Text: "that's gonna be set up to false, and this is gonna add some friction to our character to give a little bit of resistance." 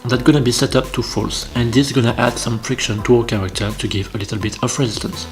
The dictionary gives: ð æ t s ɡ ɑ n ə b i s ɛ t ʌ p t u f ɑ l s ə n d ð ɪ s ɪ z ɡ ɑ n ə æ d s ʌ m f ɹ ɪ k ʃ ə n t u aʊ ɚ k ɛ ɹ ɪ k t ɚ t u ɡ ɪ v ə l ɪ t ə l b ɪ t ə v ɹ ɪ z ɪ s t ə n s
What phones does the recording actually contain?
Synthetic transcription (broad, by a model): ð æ t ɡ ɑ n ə b i s ɛ t ʌ p t u f ɑ l s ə n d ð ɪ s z ɡ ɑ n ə æ d s ʌ m f ɹ ɪ k ʃ ə n t u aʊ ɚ k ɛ ɹ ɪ k t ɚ t u ɡ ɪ v ə l ɪ t ə l b ɪ t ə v ɹ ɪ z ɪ s t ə n s